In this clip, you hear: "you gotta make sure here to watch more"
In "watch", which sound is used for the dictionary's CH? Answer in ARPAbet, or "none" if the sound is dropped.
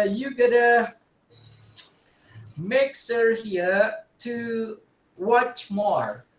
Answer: CH